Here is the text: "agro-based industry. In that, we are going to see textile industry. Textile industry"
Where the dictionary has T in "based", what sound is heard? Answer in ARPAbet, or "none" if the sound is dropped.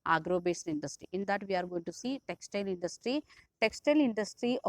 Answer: none